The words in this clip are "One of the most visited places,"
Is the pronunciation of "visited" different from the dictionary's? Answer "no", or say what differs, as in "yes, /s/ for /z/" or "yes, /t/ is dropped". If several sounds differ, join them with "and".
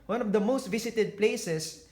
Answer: yes, /s/ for /z/